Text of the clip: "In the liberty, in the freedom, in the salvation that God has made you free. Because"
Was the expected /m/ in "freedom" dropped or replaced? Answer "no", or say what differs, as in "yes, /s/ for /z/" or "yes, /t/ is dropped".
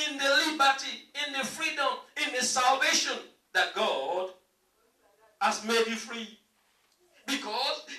no